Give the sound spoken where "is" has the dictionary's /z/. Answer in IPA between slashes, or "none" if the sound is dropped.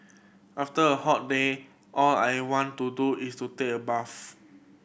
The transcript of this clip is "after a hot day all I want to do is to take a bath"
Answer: /s/